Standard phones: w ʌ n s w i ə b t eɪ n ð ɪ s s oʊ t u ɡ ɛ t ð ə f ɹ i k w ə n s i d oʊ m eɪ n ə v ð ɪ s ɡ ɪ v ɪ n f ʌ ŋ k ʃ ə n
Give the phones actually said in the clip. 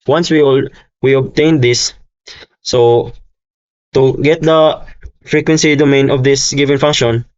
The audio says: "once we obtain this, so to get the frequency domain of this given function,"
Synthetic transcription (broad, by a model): w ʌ n s w i ə b t eɪ n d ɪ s s oʊ t u ɡ ɛ t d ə f ɹ i k w ə n s i d oʊ m eɪ n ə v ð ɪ s ɡ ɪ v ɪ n f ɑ ŋ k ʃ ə n